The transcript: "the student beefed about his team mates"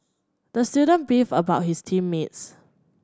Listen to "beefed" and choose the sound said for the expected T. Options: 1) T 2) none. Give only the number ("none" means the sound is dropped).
2